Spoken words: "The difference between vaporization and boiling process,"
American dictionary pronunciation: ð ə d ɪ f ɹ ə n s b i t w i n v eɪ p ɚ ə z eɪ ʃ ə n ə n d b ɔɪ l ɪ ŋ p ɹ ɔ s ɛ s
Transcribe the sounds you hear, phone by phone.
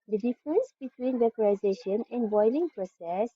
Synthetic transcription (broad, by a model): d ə d ɪ f ɹ ə n s b i t w i n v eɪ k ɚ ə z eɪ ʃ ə n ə n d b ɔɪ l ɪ ŋ p ɹ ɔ s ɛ s